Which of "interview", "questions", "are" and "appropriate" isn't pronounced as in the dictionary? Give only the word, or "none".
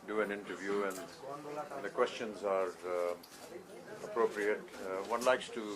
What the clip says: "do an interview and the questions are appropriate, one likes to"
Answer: none